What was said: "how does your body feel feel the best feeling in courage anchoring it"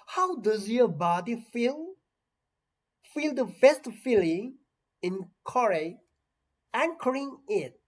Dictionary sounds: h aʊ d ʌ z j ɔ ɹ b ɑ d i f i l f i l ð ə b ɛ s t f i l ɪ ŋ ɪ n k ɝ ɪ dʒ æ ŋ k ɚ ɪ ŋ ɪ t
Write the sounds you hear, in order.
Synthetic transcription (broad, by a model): h aʊ d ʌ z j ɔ b ɑ d i f i l f i l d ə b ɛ s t f i l ɪ ŋ ɪ n k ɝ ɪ æ ŋ k ɚ ɪ ŋ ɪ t